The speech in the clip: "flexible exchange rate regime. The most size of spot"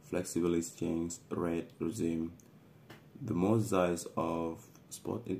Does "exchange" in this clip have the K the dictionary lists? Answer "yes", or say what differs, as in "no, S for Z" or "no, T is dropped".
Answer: no, K is dropped